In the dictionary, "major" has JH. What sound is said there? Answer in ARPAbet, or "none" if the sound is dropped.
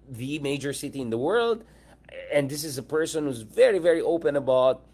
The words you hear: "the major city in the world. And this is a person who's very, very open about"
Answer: JH